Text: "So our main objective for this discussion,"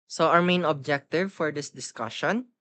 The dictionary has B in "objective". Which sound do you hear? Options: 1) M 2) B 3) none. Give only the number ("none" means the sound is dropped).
2